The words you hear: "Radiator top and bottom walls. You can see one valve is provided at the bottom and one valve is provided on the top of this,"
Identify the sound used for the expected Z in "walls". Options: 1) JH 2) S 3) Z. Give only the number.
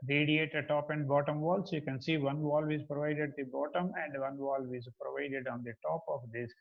2